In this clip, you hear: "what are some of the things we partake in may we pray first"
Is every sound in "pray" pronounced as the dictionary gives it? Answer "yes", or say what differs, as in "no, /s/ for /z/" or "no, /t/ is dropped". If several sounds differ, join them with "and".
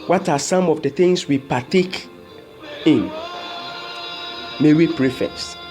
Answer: yes